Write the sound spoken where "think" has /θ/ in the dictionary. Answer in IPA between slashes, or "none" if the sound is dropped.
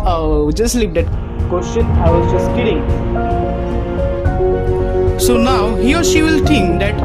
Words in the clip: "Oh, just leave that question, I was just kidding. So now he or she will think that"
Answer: /t/